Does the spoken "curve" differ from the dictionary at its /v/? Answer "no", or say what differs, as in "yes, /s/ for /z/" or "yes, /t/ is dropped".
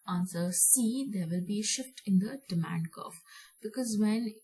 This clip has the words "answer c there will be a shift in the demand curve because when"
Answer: yes, /f/ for /v/